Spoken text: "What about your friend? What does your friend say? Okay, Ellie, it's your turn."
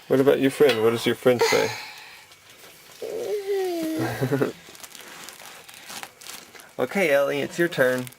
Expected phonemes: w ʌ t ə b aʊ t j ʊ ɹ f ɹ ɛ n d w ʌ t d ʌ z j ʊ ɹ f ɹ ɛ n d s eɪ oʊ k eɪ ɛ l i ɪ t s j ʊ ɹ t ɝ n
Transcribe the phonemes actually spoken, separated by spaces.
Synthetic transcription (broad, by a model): w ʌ t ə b aʊ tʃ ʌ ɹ f ɹ ɛ n d w ʌ t d ʌ z j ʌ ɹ f ɹ ɛ n d s eɪ oʊ k eɪ ɛ l i ɪ t s j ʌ ɹ t ɝ n